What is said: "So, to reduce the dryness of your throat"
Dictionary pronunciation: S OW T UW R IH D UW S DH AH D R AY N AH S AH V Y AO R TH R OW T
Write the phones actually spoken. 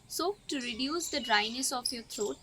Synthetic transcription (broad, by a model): S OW T UW R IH D UW S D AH D R AY N AH S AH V Y AO R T R OW T